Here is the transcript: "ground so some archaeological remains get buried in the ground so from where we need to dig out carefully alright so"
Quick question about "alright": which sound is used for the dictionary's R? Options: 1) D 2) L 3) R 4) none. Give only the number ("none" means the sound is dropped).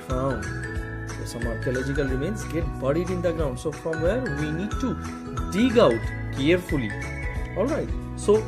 3